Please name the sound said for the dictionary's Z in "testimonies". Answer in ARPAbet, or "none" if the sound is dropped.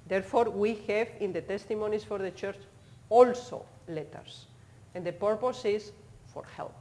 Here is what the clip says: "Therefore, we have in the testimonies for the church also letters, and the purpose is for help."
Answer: S